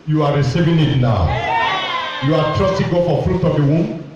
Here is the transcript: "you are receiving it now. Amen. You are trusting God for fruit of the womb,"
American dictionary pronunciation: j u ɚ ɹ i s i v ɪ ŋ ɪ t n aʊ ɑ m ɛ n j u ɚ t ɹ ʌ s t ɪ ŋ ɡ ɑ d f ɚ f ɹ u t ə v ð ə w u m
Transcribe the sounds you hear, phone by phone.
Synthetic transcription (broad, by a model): j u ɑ ɹ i s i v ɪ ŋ ɪ t n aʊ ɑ ʊ j u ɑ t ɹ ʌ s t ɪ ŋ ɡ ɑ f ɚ f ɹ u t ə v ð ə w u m